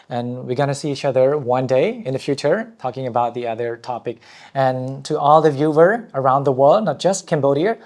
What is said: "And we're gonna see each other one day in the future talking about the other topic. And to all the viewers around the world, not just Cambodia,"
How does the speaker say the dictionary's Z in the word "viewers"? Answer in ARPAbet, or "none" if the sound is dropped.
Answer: none